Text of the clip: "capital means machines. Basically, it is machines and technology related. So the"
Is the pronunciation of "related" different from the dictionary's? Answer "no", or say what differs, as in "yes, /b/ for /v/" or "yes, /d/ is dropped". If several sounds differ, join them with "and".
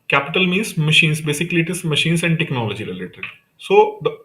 yes, /l/ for /ɹ/